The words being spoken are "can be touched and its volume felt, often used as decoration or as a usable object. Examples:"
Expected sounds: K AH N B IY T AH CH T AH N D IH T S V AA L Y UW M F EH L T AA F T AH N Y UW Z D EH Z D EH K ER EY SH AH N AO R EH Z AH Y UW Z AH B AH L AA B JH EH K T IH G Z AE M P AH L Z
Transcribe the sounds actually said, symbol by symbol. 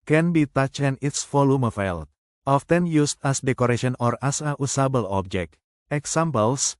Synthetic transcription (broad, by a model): K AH N B IY T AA CH AH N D IH T S F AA L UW M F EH L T AA F T AH N Y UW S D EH S D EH K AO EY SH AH N AO R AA S AH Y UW S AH B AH L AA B JH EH K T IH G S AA M P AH L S